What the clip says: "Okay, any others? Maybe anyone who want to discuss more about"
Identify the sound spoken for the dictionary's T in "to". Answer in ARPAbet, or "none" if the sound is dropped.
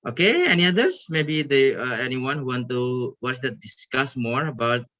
S